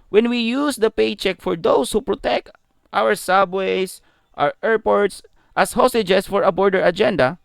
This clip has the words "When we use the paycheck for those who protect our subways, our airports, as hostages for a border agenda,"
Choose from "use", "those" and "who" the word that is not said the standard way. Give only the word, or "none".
those